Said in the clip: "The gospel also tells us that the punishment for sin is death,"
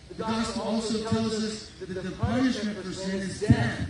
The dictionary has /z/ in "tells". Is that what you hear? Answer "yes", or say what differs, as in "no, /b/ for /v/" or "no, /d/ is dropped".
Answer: yes